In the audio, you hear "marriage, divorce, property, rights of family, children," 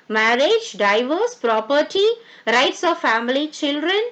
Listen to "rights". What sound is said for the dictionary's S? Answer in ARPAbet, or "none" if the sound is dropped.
S